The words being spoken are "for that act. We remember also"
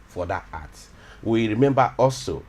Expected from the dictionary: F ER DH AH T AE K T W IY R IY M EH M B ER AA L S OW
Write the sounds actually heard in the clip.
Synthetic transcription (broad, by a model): F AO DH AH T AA T W IY R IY M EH M B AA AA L S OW